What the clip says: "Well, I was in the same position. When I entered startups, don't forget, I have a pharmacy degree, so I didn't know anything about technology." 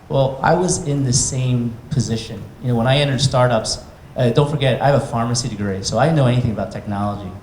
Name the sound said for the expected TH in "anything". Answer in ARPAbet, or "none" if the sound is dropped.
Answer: TH